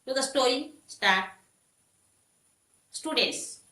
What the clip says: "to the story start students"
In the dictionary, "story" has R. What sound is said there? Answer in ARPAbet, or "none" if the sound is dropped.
none